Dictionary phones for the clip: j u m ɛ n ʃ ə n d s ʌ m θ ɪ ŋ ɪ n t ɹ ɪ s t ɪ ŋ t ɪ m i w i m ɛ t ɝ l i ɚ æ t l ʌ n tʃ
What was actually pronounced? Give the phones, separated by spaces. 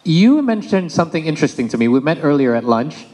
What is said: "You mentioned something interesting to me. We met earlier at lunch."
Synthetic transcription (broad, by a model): j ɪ m ɛ n ʃ ə n d s ʌ m θ ɪ ŋ ɪ n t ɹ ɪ s t ɪ ŋ t ɪ m i w i m ɛ t ɝ l i ɚ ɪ t l ʌ n tʃ